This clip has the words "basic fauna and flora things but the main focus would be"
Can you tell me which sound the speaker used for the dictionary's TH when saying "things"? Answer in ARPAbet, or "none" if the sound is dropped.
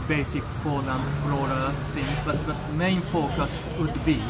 F